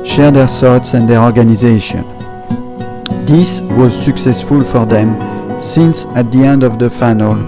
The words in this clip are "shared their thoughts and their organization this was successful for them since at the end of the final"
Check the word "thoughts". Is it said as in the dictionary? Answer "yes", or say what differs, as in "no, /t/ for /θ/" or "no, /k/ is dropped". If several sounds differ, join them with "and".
no, /s/ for /θ/